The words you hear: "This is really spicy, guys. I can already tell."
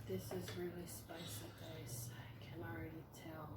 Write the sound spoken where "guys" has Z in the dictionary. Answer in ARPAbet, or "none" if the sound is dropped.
S